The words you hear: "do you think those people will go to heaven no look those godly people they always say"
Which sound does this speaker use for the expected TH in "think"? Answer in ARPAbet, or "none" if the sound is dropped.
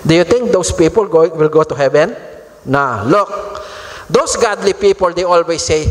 T